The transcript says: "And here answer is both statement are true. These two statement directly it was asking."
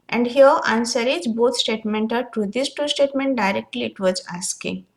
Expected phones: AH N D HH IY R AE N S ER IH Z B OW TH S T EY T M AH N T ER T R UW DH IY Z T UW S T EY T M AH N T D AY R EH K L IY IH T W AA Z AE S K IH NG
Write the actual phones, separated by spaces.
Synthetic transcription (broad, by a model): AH N D HH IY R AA N S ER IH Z B OW T S T EY T M AH N T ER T UW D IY S T UW S T EY T M AH N T D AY R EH K L IY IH T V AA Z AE S K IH NG